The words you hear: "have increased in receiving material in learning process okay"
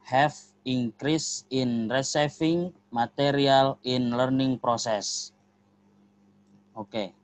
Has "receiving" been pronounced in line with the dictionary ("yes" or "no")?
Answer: no